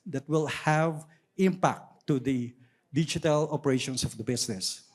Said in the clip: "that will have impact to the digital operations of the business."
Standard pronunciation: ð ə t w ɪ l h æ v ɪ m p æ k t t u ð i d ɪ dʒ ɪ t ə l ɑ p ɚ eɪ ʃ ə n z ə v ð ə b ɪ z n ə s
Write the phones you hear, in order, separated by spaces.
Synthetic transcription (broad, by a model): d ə t w ɪ l h æ v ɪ m p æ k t t u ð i d ɪ dʒ ɪ t ə l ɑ p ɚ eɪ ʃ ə n s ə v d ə b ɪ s n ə s